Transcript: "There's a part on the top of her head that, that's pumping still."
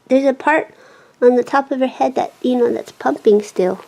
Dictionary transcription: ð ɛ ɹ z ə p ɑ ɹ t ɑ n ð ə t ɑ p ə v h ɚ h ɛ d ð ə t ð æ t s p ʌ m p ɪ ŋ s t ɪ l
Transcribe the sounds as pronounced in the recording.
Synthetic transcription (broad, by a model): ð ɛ ɹ z ə p ɑ ɹ t n ð ə t ɑ p ə v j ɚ h ɛ d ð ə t ð æ t s p ʌ m p ɪ ŋ s t ɪ l